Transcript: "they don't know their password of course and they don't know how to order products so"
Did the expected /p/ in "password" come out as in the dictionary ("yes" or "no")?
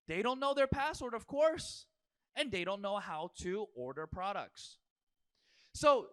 yes